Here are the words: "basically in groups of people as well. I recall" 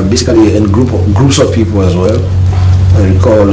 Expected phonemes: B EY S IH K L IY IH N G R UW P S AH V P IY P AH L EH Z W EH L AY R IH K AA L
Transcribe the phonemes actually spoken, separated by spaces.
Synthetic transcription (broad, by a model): B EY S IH K L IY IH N G R UW P S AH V P IY P AH L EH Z W EH L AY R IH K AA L